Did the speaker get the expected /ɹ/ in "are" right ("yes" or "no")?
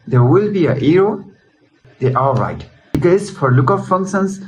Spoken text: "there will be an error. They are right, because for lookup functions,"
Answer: no